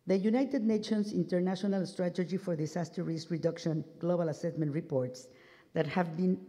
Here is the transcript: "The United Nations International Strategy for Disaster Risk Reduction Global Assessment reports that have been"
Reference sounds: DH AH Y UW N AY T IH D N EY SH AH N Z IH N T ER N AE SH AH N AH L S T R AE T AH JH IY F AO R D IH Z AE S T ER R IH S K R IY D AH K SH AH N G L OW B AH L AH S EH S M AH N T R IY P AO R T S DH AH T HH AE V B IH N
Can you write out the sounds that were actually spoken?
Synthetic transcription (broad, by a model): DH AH Y UW N AY T IH D N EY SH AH N S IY N T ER N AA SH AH N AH L S T R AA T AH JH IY F AO R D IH S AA S T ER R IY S R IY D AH K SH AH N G L OW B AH L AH S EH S M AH N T R IY P AO R T S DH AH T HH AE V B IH N